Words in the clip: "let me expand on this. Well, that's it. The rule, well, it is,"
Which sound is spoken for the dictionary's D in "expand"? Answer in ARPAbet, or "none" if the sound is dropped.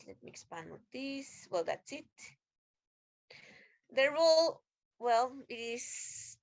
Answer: none